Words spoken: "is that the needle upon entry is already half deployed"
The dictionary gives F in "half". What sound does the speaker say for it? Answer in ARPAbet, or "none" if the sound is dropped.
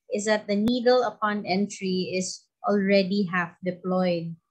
F